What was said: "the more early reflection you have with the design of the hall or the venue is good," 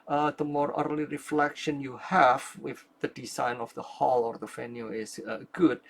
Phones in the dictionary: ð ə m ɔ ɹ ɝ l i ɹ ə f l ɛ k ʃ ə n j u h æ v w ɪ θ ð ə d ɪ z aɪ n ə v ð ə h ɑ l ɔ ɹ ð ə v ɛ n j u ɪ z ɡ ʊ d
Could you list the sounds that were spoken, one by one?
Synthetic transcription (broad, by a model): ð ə m ɔ ɹ ɝ l i ɹ ə f l ɛ k ʃ ə n j u h æ v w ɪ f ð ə d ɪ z aɪ n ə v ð ə h ɑ l ɔ ɹ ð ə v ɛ n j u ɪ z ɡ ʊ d